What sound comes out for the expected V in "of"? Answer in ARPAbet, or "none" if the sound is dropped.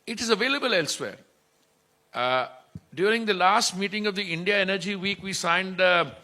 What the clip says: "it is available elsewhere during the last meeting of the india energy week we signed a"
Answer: V